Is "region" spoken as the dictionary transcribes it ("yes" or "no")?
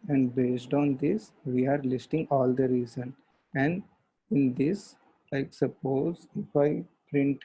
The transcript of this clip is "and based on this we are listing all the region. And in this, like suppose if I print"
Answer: no